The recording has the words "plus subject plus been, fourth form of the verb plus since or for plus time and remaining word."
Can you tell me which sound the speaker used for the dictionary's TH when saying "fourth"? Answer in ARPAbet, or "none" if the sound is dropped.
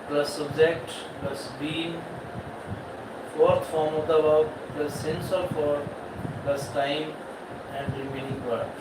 T